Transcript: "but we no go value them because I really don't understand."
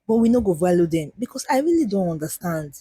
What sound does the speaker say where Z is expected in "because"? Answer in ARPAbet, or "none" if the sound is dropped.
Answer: S